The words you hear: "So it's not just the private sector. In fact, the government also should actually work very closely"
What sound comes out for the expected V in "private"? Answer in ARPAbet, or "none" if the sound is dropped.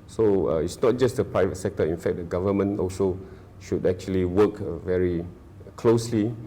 V